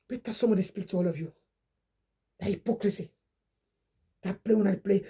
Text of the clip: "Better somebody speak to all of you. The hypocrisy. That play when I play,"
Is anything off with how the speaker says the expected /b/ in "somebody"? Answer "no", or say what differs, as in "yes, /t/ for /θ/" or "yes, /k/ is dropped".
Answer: yes, /b/ is dropped